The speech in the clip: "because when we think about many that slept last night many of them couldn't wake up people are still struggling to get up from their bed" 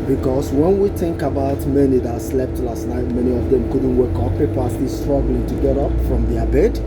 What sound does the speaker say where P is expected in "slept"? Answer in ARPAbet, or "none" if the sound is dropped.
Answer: P